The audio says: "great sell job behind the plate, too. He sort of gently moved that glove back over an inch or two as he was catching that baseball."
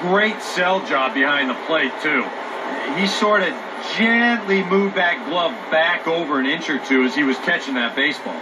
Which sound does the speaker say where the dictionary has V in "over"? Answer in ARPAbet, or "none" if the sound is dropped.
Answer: V